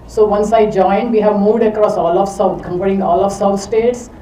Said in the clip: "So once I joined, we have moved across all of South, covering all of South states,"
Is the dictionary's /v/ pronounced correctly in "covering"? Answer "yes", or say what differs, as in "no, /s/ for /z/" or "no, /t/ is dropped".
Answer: no, /p/ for /v/